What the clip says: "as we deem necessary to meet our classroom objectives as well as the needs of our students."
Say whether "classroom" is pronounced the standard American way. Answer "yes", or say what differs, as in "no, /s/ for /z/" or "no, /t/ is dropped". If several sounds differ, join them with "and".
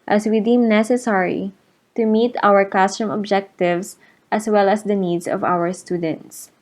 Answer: no, /l/ is dropped